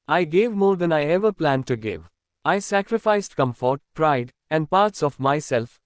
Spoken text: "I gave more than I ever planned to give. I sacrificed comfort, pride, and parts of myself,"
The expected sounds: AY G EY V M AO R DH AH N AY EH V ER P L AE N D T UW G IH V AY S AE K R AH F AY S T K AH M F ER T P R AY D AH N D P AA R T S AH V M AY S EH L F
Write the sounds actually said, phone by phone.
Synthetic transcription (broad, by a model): AY G EY V M AO R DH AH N AY EH V ER P L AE N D T UW G IH V AY S AE K R AH F AY S T K AH M F ER T P R AY D AH N D P AA R T S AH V M AY S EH L F